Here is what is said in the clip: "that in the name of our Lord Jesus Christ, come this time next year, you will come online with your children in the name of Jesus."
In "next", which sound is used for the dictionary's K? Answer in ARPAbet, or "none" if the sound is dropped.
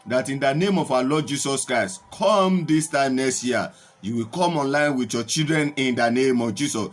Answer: none